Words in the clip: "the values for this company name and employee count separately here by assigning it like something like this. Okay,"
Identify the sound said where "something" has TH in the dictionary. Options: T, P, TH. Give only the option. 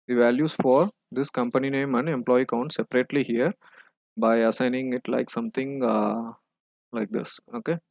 T